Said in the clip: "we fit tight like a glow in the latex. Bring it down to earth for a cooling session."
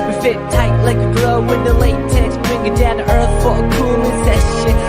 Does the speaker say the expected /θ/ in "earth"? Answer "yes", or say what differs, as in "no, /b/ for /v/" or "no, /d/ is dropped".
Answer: yes